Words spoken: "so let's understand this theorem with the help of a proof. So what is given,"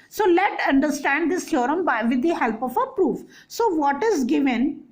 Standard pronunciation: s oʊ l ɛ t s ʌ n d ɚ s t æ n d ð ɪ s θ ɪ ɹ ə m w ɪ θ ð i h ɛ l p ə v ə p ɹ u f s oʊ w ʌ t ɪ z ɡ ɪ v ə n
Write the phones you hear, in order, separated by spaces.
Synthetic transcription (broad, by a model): s oʊ l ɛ t ʌ n d ɚ s t æ n d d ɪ s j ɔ ɹ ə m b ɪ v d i h ɛ l p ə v ə p ɹ u f s oʊ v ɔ t ɪ z ɡ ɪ v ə n